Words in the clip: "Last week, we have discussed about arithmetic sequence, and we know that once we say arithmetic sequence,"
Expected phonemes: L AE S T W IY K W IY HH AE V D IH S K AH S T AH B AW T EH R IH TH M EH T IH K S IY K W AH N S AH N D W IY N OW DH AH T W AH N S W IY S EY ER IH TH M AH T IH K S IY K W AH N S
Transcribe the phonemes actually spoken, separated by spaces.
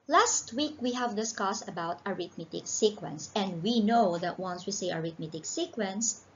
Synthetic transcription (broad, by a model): L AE S T W IY K W IY HH AE V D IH S K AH S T AH B AW T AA R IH T M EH T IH K S IY K W AH N S AH N D W IY N OW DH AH T W AH N S W IY S EY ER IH T M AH T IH K S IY K W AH N S